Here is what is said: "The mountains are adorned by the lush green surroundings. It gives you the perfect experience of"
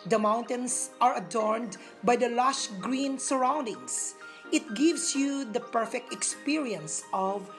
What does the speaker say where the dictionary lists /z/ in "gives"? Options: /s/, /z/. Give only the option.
/s/